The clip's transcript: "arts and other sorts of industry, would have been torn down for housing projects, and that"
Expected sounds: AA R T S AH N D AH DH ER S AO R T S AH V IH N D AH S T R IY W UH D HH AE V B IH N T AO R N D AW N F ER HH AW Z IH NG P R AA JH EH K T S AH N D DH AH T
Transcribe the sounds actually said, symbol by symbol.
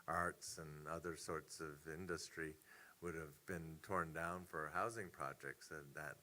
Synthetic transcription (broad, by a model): AA R T S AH N AH DH ER S AO R T S AH V IH N D AH S T R IY W UH D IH V B IH N T AO R N D AW N F ER HH AW Z IH NG P R AA JH EH K T S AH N DH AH T